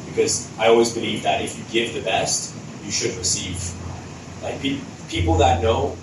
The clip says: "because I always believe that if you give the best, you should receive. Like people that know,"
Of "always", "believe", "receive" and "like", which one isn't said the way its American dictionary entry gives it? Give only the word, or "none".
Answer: none